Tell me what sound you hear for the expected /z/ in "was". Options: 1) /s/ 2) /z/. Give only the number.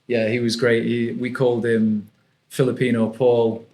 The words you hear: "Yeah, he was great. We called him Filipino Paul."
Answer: 2